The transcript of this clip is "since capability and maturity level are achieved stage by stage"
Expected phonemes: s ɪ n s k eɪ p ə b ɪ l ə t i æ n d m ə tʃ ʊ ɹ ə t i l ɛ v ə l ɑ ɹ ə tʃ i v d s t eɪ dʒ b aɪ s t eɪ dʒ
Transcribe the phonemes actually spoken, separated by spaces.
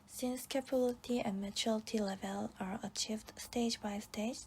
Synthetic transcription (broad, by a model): s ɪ n s k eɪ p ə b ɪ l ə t i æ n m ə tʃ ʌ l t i l ɛ v ə l ɑ ɹ ə tʃ i v d s t eɪ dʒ b aɪ s t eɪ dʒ